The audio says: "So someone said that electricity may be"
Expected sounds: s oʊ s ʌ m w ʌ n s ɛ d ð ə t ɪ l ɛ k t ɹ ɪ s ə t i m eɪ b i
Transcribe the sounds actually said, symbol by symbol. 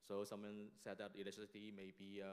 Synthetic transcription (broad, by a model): s oʊ s ʌ m w ʌ n s ɛ d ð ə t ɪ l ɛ t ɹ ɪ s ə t i m eɪ b i